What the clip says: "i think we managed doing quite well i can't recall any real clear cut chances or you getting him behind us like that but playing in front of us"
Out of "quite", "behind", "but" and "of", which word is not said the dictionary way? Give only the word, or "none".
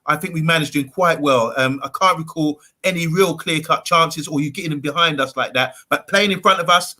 none